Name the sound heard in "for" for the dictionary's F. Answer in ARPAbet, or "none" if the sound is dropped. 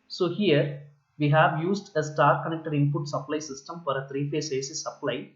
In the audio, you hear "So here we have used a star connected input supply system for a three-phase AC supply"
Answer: F